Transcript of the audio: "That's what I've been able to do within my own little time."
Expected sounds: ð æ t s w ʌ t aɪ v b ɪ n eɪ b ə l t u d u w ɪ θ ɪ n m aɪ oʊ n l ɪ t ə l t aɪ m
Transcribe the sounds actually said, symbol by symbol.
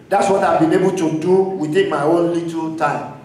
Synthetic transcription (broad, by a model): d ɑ t s w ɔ t aɪ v b ɪ n eɪ b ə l t u d u w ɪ t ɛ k m aɪ oʊ n l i t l t aɪ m